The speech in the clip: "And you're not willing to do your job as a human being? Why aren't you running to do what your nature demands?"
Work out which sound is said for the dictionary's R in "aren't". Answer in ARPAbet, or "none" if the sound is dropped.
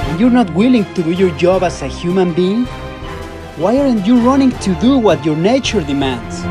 R